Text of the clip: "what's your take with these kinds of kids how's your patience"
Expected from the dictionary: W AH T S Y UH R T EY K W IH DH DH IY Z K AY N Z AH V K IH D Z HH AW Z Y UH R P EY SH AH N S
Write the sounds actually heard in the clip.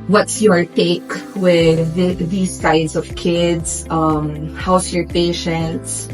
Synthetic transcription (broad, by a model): W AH T S Y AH R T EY K W IH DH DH IY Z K AY Z AH V K IH D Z HH AW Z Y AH R P EY SH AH N S